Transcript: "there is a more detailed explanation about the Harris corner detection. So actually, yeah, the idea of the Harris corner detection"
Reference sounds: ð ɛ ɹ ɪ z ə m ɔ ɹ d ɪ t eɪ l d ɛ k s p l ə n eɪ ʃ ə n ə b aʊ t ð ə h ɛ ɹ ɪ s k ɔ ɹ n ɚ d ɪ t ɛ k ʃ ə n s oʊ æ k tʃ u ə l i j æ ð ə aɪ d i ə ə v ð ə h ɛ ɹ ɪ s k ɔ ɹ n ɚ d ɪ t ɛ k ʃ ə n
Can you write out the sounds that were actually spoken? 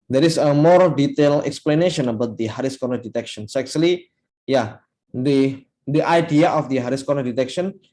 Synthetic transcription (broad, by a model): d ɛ ɹ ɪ s ə m ɔ ɹ d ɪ t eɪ l ɛ k s p l ə n eɪ ʃ ə n ə b aʊ t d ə h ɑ ɹ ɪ s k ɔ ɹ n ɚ d ɪ t ɛ k ʃ ə n s oʊ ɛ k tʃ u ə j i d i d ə aɪ d i ə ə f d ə h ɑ ɹ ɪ s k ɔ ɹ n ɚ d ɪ t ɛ k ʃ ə n